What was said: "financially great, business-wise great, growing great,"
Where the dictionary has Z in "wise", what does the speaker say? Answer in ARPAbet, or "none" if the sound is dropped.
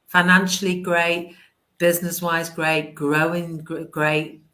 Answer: Z